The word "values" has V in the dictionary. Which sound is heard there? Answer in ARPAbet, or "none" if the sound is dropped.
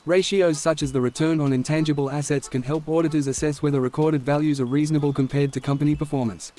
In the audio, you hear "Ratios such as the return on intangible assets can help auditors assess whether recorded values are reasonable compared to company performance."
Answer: V